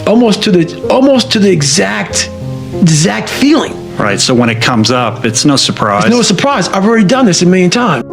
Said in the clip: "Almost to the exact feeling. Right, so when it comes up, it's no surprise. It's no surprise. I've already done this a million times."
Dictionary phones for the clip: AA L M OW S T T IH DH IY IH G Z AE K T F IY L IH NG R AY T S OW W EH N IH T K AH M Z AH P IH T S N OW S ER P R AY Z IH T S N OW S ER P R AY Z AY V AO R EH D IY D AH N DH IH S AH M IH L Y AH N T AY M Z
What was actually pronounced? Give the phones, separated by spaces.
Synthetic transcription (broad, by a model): AA L M OW S T T IH DH IY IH G Z AE K T F IY L IH NG R AY T S OW W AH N IH T K AH M Z AH P IH T S N OW S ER P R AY IH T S N OW S ER P R AY Z AY V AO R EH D IY D AH N DH IH S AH M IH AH N T AY M